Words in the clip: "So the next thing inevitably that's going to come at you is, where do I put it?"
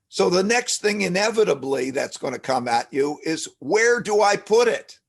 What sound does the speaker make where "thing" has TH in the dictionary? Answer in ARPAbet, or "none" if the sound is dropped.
TH